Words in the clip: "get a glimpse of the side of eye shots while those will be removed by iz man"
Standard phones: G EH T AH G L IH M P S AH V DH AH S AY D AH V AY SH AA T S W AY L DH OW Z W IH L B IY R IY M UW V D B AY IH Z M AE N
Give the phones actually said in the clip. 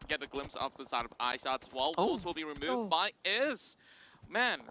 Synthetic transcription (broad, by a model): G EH T AH G L IH M P S AH V DH AH S AY D AH V AY SH AA T S W AY L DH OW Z W IH L B IY R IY M UW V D B AY IH Z M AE N